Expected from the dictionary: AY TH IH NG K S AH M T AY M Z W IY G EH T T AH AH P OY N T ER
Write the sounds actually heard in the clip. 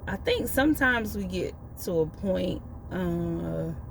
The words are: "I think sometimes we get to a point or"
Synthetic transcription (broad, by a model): AY TH IH NG K S AH M T AY M Z W IY G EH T T AH AH P OY N T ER